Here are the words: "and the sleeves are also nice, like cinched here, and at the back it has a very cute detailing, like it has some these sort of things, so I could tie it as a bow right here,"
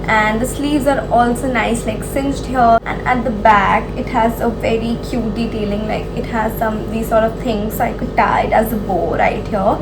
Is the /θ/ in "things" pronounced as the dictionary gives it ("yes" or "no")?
no